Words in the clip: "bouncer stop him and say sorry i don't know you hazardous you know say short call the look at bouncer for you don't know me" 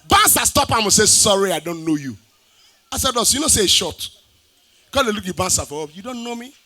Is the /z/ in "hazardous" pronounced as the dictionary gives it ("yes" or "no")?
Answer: no